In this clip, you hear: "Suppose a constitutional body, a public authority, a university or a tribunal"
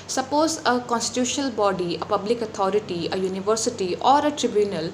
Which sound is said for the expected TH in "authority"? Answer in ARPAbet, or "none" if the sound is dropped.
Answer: T